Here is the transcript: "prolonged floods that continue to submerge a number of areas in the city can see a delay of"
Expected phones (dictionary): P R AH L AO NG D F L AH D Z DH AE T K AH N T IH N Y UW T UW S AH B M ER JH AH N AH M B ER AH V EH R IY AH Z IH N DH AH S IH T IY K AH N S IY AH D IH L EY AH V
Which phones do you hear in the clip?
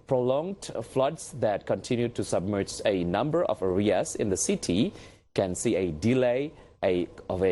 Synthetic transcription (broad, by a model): P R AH L AO NG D F L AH D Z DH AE T K AH N T IH N Y UW T UW S AH B M ER JH AH N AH M B ER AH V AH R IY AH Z IH N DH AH S IH T IY K AH N S IY AH D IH L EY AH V